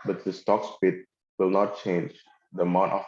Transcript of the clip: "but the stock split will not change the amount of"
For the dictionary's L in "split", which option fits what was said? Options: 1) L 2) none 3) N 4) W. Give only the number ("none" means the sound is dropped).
2